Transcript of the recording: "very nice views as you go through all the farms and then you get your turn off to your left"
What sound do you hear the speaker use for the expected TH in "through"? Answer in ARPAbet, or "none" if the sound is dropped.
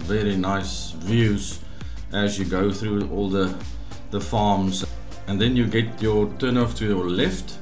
TH